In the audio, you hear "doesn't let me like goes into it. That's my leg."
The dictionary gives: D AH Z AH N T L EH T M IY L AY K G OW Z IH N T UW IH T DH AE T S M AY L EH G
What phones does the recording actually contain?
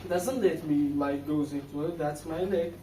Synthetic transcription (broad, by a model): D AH Z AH N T L EH T M IY L AY K G OW Z IH N T UW IH T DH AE T S M AY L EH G